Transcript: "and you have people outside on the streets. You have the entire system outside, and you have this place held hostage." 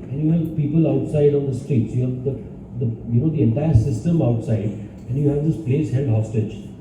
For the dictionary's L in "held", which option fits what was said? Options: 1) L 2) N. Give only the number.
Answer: 2